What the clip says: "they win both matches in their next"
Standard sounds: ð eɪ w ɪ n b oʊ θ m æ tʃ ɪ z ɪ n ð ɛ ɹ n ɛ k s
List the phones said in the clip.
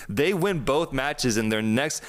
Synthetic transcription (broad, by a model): ð eɪ w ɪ n b oʊ θ m æ tʃ ɪ z ɪ n ð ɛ ɹ n ɛ k s